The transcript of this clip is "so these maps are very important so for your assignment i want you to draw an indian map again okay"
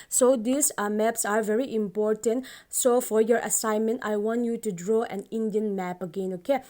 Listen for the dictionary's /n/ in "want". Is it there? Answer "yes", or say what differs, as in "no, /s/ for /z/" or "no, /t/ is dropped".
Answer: yes